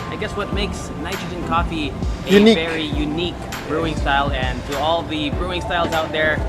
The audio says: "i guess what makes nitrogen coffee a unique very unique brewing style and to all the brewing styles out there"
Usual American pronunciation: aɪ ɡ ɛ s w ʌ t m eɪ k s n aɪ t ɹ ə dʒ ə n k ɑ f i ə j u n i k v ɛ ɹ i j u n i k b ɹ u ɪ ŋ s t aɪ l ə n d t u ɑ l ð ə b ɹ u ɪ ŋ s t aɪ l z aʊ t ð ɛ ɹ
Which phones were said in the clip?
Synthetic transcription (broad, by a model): aɪ ɡ ɛ s w ʌ t m eɪ k s n aɪ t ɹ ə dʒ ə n k ɑ f i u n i v ɛ ɹ i j u n i k b ɹ u ɪ ŋ s t aɪ l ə n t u ɑ l ð ə b ɹ u ɪ ŋ s t aɪ l z aʊ t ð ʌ ɹ